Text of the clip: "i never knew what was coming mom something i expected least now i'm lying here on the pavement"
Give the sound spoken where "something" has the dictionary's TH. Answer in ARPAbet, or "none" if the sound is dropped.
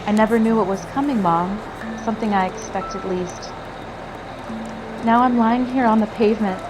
TH